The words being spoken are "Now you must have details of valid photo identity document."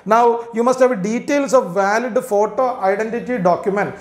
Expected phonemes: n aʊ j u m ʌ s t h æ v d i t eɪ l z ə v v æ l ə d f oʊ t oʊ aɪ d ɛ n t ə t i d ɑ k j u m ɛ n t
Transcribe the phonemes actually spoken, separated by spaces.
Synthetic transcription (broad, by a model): n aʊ j u m ʌ s t h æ v d i t eɪ l s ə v v æ l ə d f oʊ t oʊ aɪ d ɛ n t ə t i d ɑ k j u m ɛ n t